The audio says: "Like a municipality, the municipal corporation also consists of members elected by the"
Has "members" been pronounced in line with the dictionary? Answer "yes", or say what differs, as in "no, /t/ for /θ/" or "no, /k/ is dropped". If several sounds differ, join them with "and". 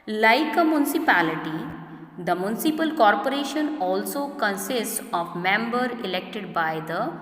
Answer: no, /z/ is dropped